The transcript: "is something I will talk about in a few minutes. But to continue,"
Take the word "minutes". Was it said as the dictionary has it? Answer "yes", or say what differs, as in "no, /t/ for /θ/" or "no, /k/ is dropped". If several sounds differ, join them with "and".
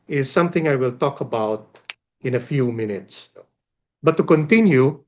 yes